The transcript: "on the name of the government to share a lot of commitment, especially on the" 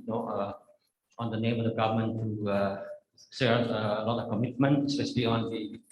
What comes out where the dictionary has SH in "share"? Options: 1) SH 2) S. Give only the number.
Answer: 2